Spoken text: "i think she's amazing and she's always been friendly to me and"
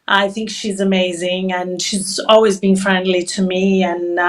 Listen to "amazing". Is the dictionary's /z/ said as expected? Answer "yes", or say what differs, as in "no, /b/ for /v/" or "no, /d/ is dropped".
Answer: yes